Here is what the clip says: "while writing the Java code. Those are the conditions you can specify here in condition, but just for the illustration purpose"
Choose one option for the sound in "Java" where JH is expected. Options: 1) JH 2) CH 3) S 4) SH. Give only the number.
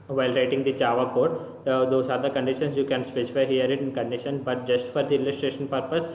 2